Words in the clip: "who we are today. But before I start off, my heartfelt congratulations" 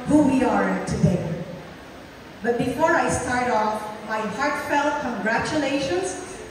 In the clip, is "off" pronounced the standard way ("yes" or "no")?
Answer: yes